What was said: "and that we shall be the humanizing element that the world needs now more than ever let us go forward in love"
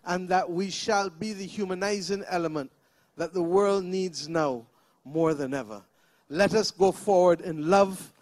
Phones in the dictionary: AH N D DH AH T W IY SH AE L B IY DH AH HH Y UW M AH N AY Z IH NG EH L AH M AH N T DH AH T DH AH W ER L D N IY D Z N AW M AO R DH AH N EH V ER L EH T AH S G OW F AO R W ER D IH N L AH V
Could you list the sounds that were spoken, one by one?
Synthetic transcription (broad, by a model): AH N DH AH T W IY SH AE L B IY DH AH HH Y UW M AH N AY Z IH NG EH L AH M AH N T DH AH T DH AH W ER L D N IY D Z N AW M AO R DH AH N EH V ER L EH T AH S G OW F AO R W ER D IH N L AH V